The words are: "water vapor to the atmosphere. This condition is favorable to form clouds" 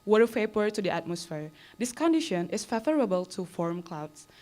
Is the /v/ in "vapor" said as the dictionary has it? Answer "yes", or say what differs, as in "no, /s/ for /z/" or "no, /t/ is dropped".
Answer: no, /f/ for /v/